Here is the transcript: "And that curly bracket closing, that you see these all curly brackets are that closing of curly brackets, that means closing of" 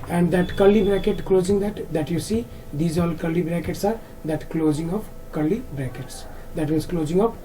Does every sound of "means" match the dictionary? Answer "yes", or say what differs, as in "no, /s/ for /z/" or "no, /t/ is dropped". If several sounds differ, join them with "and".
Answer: no, /n/ is dropped